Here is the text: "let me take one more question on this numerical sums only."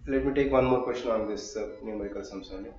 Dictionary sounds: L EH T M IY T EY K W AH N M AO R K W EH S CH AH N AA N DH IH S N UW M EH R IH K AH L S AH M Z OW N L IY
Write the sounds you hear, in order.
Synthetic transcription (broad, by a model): L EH T M IY T EY K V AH N M AO R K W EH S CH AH N AA N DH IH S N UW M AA IH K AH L S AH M S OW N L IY